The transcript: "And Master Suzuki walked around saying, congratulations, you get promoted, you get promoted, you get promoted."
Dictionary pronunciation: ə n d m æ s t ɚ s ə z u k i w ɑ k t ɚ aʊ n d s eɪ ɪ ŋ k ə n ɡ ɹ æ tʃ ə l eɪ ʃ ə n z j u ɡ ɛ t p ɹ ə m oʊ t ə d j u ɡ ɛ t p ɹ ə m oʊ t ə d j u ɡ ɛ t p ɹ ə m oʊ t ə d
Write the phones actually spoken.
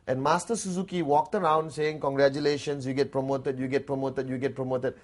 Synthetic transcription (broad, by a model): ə n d m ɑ s t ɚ s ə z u k i w ɑ k t ɚ aʊ n d s eɪ ɪ ŋ k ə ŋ ɡ ɹ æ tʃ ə l eɪ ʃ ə n s j u ɡ ɛ t p ɹ ə m oʊ t ə d j u ɡ ɛ t p ɹ ə m oʊ t ə d j u ɡ ɛ t p ɹ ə m oʊ t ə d